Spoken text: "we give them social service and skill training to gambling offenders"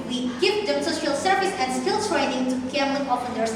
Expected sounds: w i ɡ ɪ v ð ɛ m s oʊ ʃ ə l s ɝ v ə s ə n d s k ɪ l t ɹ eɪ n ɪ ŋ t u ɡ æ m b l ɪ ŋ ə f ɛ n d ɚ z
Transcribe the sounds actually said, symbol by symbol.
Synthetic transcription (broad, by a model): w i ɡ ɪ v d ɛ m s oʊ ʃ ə l s ɝ v ə s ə n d s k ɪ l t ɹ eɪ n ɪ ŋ t u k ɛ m l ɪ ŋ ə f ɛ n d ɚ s